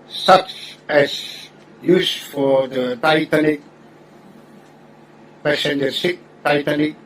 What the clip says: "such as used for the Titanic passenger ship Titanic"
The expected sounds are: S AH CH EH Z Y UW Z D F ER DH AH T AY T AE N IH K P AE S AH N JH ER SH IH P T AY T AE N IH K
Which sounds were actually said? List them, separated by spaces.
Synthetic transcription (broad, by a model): S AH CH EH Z Y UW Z F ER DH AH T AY T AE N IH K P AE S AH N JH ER S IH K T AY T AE N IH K